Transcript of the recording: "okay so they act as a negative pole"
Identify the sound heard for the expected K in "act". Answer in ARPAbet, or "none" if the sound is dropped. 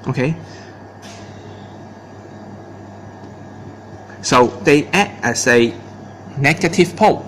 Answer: none